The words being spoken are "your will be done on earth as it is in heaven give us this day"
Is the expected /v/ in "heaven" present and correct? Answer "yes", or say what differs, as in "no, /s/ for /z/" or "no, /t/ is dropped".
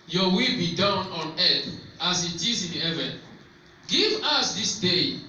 yes